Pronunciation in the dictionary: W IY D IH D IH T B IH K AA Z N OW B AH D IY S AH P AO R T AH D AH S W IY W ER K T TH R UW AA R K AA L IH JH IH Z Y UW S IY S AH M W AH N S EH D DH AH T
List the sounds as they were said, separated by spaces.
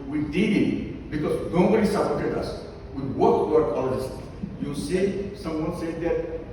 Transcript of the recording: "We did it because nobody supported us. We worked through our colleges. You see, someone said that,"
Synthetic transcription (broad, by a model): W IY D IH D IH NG B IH K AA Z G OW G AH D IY S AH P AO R T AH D AH S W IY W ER T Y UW AA R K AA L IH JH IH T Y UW S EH S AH M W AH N S EH D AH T